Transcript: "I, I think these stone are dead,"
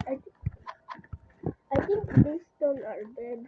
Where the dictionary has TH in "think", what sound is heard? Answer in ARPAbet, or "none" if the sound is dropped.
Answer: T